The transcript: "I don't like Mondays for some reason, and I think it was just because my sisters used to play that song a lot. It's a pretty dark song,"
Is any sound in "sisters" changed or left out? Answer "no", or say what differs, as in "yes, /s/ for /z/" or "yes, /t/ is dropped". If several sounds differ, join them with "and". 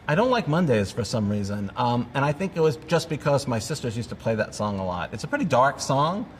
no